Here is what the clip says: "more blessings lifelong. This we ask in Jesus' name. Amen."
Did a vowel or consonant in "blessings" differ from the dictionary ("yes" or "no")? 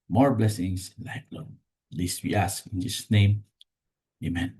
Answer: yes